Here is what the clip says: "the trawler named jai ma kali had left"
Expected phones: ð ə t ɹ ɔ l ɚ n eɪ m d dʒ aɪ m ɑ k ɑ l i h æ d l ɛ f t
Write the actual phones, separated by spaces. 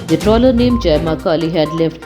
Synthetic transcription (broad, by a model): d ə t ɹ ɔ l ɚ n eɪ m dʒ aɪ m ɑ k ɑ l i h æ d l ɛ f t